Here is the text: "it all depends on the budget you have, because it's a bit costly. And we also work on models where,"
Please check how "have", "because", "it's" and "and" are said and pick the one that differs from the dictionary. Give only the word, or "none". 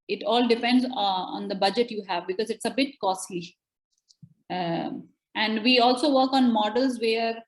none